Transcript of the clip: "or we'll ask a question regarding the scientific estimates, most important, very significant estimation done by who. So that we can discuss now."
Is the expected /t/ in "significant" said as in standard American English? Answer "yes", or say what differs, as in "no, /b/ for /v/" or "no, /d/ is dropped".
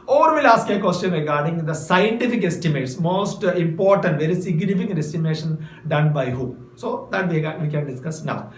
no, /t/ is dropped